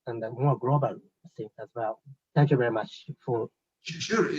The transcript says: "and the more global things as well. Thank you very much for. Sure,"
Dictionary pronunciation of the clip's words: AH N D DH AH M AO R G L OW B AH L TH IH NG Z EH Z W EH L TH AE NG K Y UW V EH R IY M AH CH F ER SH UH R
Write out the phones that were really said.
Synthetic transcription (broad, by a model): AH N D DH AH M AO R G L OW B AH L S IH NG EH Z W EH L TH AE NG K Y UW V EH R IY M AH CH F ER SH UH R